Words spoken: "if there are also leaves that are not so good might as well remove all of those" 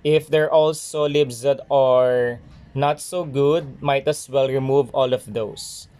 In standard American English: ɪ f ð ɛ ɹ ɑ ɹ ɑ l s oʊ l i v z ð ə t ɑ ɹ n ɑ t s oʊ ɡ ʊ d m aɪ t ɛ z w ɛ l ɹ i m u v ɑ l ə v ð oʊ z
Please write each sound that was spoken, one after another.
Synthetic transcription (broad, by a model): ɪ f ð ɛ ɹ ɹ ɑ l s oʊ l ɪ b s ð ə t ɑ ɹ n ɑ t s oʊ ɡ ʊ d m aɪ t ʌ s w ɛ l ɹ i m u v ɑ l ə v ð oʊ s